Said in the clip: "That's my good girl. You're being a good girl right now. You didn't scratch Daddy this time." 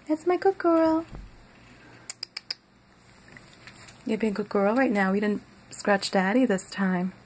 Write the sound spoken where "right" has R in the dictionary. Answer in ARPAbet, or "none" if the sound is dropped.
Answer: R